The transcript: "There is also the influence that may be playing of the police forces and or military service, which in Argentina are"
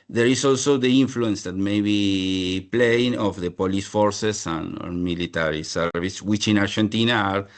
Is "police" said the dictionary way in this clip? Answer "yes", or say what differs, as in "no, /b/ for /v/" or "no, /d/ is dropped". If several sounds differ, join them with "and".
yes